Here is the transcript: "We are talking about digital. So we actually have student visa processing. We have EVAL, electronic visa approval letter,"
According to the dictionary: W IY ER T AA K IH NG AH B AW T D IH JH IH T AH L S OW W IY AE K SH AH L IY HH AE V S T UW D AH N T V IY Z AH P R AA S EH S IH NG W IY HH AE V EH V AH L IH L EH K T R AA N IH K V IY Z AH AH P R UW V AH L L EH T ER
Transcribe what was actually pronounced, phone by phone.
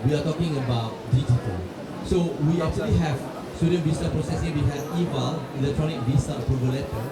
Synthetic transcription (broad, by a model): W IY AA T AA K IH NG AH B AW T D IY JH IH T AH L S OW W IY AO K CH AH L IY HH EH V S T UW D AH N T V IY S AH P R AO S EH S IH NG W IY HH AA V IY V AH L IH L EH K T R AA N IH K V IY S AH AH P UW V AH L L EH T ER